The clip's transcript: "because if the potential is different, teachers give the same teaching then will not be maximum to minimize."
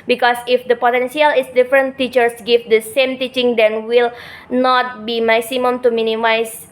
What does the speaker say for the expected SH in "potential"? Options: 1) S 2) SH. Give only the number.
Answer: 1